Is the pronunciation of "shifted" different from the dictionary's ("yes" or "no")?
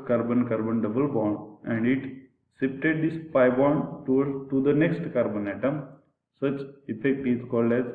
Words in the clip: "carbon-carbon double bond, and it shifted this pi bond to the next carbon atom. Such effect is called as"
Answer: yes